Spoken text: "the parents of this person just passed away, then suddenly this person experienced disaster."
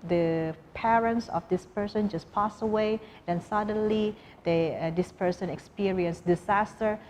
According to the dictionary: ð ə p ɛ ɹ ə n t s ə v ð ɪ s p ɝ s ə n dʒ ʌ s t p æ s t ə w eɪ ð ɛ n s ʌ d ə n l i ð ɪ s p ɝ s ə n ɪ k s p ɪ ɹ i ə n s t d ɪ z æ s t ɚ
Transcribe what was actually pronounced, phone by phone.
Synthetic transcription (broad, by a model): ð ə p ɛ ɹ ə n t s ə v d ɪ s p ɝ s ə n dʒ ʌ s p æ s ə w eɪ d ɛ n s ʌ d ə n l i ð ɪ s p ɝ s ə n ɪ k s p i ɹ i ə n s d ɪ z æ s t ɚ